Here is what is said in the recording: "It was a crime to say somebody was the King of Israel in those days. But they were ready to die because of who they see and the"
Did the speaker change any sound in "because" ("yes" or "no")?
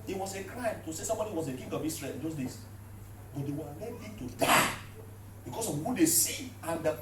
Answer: yes